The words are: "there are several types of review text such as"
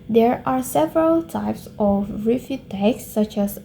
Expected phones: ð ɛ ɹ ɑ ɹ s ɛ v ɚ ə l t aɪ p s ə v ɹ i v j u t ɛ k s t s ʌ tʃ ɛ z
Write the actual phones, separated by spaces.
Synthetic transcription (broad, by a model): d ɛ ɹ ɑ ɹ s ɛ v ɚ ə l t aɪ p s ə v ɹ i f j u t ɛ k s s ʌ tʃ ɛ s